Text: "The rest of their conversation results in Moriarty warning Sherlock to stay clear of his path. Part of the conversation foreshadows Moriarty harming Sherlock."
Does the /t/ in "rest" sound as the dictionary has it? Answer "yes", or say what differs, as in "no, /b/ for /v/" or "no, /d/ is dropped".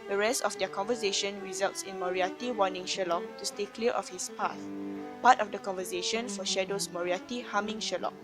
yes